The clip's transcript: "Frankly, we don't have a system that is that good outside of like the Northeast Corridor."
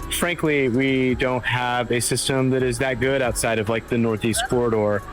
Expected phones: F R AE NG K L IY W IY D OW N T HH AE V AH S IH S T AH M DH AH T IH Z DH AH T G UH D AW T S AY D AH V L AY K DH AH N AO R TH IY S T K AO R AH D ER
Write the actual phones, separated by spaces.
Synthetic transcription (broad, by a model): F R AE NG K L IY W IY D OW N T HH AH V AH S IH S T AH M DH AH T IH Z DH AH T G UH D AW T S AY D AH V L AY K DH AH N AO R TH IY S T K AO R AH D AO